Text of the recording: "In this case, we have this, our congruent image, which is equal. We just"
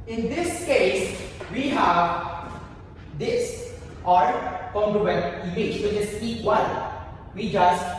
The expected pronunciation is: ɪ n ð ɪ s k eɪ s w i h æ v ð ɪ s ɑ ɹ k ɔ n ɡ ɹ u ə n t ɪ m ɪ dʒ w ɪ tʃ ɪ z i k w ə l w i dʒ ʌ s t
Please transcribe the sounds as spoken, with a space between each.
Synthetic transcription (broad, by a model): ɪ n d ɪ s k eɪ s w i h æ v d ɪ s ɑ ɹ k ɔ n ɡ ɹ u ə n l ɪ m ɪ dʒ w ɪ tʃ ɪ s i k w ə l w i dʒ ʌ s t